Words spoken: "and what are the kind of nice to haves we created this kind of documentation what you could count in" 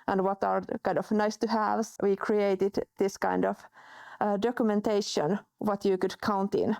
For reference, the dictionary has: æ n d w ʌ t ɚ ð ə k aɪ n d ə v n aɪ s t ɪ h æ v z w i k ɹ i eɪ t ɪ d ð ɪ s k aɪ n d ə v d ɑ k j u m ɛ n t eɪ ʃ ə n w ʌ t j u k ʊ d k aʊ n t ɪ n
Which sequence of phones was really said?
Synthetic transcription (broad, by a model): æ n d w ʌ t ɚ k aɪ n d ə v n aɪ s t ɪ h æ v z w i k ɹ i eɪ t ɪ d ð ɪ s k aɪ n d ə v d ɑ k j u m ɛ n t eɪ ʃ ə n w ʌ t j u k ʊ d k aʊ n t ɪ n